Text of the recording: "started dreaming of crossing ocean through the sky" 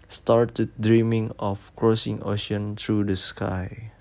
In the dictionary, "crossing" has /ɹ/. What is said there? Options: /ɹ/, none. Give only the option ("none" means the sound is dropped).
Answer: /ɹ/